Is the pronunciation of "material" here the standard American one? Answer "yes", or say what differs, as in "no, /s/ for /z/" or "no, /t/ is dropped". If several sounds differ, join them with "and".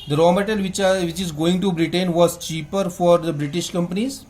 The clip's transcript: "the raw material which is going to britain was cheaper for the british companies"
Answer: no, /l/ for /ɹ/